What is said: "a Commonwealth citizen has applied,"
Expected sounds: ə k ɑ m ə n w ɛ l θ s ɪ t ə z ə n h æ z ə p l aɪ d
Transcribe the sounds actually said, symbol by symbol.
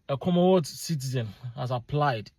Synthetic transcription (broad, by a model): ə k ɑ m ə w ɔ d s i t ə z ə n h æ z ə p l aɪ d